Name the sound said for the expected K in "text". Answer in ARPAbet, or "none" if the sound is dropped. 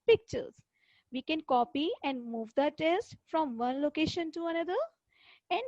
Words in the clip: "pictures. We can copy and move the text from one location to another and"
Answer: none